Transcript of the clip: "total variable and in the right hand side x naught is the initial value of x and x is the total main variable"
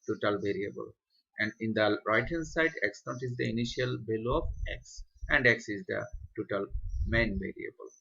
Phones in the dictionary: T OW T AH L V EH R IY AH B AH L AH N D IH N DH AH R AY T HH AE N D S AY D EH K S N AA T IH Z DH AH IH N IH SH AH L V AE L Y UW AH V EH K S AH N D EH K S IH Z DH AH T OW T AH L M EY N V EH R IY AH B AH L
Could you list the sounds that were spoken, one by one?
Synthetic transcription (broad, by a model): T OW T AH L V EH R IY AH B AH L AH N D IH N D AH R AY T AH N S AY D EH K S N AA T IH Z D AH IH N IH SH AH L B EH L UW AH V EH K S AH N D EH K S IH Z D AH T OW T AH L M EY N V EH R IY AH B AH L